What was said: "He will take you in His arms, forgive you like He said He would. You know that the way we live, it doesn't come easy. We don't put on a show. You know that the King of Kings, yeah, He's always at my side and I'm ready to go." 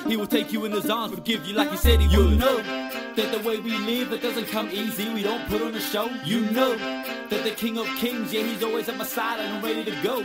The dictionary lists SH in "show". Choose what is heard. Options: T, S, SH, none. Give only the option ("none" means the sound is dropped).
SH